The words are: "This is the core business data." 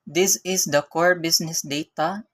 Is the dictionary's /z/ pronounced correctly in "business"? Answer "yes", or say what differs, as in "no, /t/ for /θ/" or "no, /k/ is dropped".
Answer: no, /s/ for /z/